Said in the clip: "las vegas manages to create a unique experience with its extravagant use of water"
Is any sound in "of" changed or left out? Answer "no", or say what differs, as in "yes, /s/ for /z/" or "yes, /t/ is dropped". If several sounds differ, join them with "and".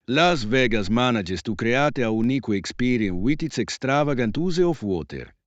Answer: yes, /f/ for /v/